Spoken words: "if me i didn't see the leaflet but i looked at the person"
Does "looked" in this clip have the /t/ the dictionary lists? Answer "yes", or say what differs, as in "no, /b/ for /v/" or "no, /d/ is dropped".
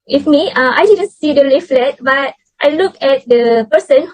no, /t/ is dropped